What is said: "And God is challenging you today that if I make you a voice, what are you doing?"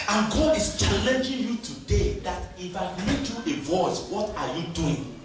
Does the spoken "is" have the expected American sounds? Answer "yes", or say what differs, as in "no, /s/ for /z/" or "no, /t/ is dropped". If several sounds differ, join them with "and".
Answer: no, /s/ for /z/